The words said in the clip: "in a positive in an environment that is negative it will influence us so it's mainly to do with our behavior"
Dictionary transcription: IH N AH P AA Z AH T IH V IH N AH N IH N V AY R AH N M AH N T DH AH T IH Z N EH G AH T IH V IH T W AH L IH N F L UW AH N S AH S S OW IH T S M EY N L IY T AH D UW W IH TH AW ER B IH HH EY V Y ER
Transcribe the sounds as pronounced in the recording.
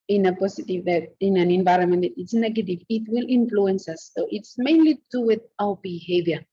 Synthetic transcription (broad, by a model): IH N AH P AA S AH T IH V IH N AH N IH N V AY R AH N M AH N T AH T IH S N EH G AH T IH V IH T W AH L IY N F L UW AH N S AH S S OW IH T S M EY N L IY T D UW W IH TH AW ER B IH HH EY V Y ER